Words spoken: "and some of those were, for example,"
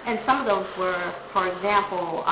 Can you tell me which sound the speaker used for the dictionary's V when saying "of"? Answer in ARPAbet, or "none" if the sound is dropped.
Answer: V